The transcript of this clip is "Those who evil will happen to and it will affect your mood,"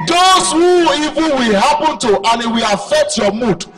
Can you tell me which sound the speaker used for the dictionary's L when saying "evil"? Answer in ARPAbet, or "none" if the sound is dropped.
N